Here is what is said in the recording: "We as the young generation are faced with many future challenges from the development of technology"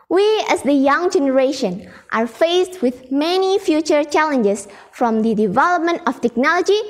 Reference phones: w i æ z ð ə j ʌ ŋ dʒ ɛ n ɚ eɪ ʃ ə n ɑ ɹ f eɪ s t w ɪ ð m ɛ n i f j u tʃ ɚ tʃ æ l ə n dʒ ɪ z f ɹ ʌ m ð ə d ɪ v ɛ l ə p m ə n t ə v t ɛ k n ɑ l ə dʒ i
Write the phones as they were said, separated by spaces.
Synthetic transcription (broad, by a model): w i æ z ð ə j ʌ ŋ dʒ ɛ n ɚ eɪ ʃ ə n ɑ ɹ f eɪ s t w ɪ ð m ɛ n i f j u tʃ ɚ tʃ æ l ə n dʒ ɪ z f ɹ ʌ m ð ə d ɪ v ɛ l ə p m ə n t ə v t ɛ k n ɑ l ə dʒ i